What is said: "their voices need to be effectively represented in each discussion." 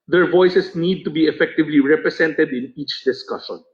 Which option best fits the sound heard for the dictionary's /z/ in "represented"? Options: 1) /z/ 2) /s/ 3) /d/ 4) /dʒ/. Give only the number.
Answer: 2